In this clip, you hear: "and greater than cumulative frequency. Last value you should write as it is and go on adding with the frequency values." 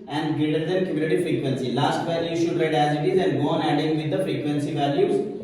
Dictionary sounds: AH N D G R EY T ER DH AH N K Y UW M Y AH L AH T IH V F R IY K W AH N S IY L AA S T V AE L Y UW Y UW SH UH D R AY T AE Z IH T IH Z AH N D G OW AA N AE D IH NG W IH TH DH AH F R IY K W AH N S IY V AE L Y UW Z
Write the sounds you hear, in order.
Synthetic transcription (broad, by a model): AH N D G EY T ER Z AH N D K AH M Y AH N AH T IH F R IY K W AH N S IY L AA S T V AE L Y UW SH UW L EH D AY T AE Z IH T IH Z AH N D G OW AA N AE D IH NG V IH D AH F R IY K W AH N S IY V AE L Y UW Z